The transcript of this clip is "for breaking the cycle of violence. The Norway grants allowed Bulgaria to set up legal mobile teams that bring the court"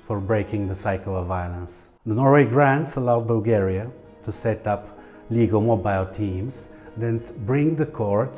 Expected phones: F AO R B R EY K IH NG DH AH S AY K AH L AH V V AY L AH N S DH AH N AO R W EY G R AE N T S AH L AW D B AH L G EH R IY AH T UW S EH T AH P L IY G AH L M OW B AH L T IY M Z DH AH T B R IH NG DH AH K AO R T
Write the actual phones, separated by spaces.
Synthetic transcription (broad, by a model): F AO R B R EY K IH NG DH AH S AY K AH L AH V V AY L AH N S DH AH N AO R W EY G R AE N T S AH L AW D B AH L G EH R IY AH T UW S EH T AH P L IY G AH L M OW B AH L T IY M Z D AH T B R IH NG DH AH K AO R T